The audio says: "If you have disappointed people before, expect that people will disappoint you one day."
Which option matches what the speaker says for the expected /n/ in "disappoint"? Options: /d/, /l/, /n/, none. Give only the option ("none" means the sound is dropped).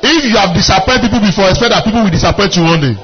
none